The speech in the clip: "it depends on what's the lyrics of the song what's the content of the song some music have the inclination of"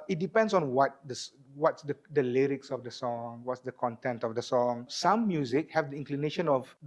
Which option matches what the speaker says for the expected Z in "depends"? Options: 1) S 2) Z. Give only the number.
1